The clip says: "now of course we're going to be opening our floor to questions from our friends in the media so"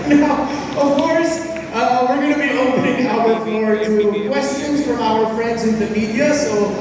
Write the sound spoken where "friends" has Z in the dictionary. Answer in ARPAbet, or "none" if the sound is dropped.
Z